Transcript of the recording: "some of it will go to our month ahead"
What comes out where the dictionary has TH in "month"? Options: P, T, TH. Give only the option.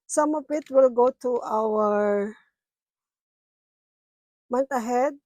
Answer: T